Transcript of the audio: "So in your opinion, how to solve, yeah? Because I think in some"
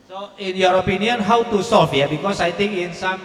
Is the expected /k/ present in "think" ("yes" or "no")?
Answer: no